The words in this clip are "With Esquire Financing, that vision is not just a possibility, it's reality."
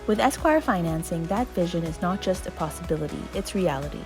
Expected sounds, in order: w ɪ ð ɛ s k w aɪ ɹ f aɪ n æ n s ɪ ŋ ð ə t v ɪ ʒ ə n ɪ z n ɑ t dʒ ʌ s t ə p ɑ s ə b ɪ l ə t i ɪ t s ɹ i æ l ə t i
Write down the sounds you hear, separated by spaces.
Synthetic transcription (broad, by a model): w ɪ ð ɛ s k w aɪ ɹ f aɪ n æ n s ɪ ŋ ð ə t v ɪ ʒ ə n ɪ z n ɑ t dʒ ʌ s t ə p ɑ s ə b ɪ l ə t i ɪ t s ɹ i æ l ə t i